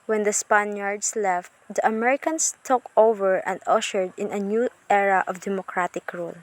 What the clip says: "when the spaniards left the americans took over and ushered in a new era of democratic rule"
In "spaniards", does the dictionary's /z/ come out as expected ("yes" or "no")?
no